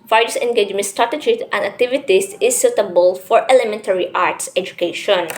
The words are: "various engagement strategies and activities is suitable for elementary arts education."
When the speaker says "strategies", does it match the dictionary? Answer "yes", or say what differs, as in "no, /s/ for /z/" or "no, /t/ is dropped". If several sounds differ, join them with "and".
no, /z/ is dropped